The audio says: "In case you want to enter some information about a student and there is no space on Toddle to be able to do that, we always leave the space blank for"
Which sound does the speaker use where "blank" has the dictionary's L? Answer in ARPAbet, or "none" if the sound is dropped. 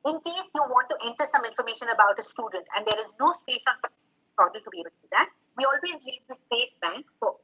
none